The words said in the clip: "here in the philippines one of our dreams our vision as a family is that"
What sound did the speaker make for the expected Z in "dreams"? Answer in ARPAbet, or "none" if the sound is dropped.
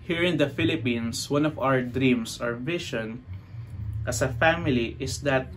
S